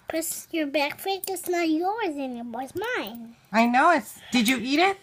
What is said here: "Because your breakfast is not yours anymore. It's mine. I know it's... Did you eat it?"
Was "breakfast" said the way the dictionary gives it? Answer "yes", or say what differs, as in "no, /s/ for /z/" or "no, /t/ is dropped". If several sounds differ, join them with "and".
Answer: no, /ɹ/ is dropped and /s/ is dropped